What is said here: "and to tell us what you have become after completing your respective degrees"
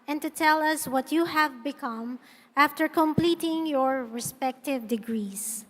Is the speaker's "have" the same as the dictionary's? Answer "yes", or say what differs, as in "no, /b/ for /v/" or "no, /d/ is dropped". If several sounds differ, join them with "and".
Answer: yes